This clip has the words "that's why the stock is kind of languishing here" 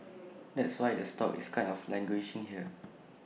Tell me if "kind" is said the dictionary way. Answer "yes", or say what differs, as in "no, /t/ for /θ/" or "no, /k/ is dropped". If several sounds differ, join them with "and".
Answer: no, /d/ is dropped